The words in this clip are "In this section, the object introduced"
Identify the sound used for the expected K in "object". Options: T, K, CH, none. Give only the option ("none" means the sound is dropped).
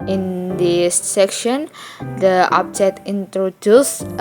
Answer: none